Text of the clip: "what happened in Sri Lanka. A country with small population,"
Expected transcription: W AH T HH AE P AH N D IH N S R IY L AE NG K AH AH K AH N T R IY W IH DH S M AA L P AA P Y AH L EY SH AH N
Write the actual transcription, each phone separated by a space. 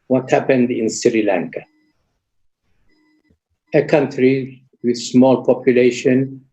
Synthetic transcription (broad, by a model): W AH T HH AE P AH N D IH N S R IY L AE NG K AH AH K AH N T R IY W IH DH S M AA L P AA P Y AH L EY SH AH N